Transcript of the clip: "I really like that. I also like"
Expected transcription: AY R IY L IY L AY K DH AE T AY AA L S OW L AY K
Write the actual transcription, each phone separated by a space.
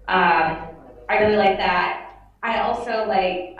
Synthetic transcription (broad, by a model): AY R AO IY L AY K DH AE T AY AA L S OW L AY K